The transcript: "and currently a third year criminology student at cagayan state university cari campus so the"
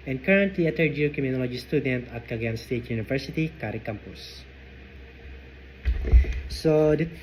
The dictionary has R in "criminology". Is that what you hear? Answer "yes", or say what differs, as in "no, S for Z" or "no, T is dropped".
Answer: no, R is dropped